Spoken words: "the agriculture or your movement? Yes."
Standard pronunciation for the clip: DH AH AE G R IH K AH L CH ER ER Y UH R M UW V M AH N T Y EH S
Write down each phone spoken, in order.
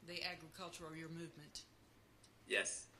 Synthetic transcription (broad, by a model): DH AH AE G R IH K AH L CH ER ER Y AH R M UW V M AH N T Y EH S